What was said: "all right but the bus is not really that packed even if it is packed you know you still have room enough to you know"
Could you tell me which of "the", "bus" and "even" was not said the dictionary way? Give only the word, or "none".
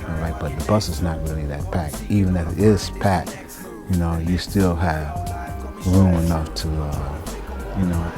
none